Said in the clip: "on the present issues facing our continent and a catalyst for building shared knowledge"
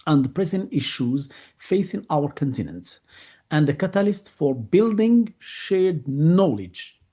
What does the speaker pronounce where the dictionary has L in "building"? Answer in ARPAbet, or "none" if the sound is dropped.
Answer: L